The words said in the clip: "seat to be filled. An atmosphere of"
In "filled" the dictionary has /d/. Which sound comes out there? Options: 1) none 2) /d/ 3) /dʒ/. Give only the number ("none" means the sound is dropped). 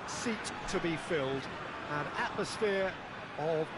2